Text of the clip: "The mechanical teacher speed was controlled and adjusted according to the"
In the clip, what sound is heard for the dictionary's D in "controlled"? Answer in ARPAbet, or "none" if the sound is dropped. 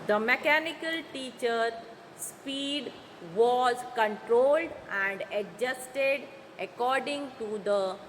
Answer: D